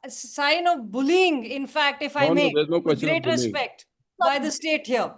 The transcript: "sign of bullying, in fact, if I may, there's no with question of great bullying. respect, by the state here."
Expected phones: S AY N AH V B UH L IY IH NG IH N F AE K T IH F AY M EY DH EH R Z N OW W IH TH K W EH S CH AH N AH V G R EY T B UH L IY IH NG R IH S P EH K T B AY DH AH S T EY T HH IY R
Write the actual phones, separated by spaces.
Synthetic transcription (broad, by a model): S AY N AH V B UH L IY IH NG IH N F AE K T IH F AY M EY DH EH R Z N OW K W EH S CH G R EY T R IH S P EH K T B AY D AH S T EY T HH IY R